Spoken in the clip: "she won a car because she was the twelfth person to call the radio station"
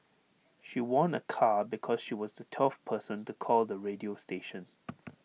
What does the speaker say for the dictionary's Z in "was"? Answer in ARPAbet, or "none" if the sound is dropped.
Z